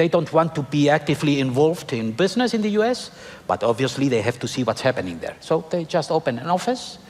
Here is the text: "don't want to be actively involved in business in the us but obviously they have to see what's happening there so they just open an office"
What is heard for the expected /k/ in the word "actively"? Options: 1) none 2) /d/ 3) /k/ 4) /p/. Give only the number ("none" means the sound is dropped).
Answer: 3